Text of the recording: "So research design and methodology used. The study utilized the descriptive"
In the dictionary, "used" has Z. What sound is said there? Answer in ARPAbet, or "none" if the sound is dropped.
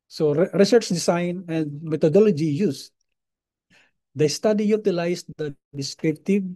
S